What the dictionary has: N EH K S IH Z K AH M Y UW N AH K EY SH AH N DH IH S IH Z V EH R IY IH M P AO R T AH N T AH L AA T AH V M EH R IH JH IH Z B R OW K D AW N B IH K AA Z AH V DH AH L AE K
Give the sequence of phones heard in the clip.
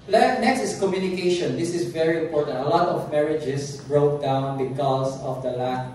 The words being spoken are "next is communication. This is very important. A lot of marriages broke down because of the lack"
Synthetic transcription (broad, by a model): N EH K S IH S K AH M Y UW N AH K EY SH AH N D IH S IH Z V EH R IY IH M P AO R T AH N T AH L AA T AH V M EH R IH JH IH S B R OW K D AW N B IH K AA S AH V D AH L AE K